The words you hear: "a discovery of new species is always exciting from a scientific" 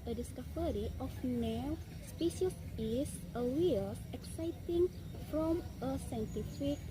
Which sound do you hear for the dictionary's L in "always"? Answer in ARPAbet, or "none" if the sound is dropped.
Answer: none